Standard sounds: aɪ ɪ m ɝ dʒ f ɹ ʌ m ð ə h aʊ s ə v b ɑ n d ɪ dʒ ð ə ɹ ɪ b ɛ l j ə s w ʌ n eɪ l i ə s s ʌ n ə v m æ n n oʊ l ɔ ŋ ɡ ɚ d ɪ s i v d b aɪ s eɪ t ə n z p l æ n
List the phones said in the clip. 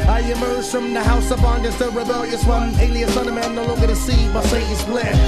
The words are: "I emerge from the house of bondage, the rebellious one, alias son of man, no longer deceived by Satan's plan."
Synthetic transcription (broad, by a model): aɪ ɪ m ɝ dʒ f ɹ ʌ m ð ə h aʊ s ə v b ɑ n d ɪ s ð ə ɹ ɪ b ɛ l j ə s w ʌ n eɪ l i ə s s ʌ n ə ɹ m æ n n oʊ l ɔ ɡ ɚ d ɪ s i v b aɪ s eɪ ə z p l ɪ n